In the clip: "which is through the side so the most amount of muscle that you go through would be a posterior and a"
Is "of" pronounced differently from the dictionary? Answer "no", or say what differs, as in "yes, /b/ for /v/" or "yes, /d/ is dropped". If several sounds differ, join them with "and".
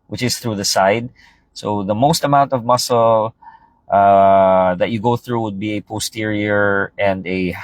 no